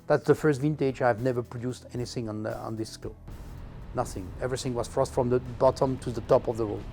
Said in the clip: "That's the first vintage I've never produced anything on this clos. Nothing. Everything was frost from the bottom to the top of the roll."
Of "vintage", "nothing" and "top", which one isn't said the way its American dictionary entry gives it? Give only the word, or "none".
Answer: none